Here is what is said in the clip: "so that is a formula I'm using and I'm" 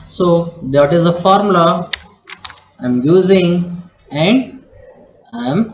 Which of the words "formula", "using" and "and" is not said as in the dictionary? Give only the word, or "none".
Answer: formula